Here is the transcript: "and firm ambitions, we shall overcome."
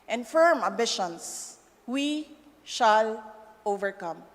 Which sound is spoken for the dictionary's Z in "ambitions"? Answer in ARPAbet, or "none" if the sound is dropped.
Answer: S